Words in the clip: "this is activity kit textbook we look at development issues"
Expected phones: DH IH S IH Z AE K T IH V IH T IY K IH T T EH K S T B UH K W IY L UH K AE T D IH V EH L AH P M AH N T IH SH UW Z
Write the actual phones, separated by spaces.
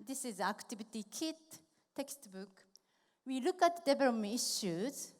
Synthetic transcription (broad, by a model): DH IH S IH Z AE K T IH V IH T IY K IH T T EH K S T B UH K W IY L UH K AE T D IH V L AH M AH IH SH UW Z